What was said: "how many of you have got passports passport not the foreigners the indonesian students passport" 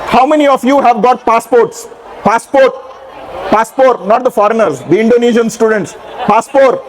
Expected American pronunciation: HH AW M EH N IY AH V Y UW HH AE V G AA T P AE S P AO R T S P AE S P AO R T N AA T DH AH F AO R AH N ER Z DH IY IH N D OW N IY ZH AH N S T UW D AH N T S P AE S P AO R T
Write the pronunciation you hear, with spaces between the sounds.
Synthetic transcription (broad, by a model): HH AW M EH N IY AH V Y UW HH AE V G AA T P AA S P AO R T S P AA S P AO R T N AA T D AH F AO R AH N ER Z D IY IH N D OW N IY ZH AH N S T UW D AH N T S P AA S P AO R T